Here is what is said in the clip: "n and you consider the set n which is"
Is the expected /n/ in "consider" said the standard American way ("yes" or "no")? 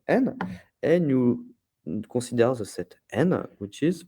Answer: no